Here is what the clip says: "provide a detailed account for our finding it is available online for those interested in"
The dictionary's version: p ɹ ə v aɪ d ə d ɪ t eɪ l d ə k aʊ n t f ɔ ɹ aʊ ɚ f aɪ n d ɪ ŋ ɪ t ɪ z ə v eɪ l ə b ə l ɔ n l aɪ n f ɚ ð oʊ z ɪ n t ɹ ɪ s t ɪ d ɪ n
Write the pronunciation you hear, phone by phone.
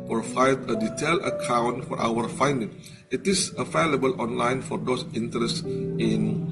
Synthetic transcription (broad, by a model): p ɹ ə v aɪ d ə d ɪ t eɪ l ə k aʊ n t f ɔ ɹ aʊ ɚ f aɪ n d ɪ ŋ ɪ t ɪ s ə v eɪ l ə b ə l ɔ n l aɪ n f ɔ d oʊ s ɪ n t ɹ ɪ s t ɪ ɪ n